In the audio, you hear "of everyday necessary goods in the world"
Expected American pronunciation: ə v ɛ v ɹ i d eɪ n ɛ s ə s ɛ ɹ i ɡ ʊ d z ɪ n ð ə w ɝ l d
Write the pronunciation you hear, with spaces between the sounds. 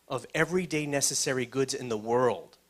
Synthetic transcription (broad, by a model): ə v ɛ v ɹ i d eɪ n ɛ s ə s ɛ ɹ i ɡ ʊ d z ɪ n ð ə w ɝ l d